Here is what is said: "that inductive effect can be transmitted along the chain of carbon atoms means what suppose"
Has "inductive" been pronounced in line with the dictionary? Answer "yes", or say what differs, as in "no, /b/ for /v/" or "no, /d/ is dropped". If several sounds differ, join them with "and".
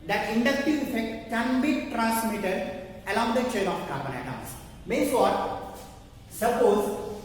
no, /v/ is dropped